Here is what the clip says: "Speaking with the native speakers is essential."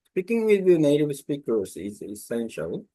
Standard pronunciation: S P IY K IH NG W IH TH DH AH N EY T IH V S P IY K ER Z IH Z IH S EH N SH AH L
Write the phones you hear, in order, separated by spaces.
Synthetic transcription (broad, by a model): S P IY K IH NG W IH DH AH N EY T IH V S P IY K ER S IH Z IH S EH N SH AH L